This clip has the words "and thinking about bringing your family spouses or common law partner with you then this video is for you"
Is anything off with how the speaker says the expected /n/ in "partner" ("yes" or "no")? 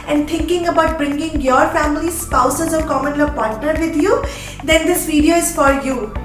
yes